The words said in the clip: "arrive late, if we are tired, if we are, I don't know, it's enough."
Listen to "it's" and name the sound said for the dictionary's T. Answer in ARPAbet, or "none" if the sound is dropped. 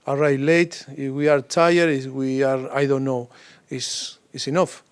S